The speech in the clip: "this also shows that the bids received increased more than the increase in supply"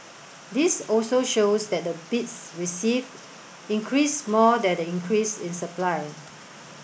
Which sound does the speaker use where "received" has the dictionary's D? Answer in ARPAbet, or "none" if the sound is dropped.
none